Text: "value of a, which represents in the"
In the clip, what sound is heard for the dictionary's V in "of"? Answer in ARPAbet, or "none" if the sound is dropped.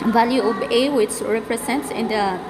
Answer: B